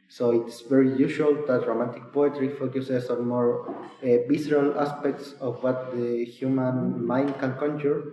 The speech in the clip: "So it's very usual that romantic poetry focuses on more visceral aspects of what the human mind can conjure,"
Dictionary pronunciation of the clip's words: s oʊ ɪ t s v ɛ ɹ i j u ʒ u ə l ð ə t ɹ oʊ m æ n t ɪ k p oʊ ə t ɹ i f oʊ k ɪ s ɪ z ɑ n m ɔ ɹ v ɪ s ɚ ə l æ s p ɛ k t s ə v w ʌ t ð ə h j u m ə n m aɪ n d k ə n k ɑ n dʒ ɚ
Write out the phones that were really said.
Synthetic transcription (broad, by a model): s oʊ ɪ t s v ɛ ɹ i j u ʃ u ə l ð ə t ɹ oʊ m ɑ n t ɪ k p oʊ ə t ɹ i f oʊ k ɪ s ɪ s ɑ n m ɔ ɹ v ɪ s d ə l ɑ s p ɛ k t s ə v w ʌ t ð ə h j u m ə n m aɪ n d k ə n k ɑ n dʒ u